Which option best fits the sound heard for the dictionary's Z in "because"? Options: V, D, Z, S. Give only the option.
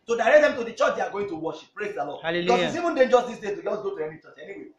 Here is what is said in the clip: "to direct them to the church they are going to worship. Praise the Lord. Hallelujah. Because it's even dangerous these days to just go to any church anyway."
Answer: S